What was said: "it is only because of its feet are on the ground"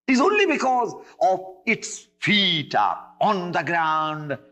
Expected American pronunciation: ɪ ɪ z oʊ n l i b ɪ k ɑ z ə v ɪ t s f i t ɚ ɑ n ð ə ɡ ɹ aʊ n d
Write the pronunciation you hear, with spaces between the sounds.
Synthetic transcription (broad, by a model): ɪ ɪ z oʊ n l i b ɪ k ɑ z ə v ɪ t s f i t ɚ ɑ n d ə ɡ ɹ aʊ n d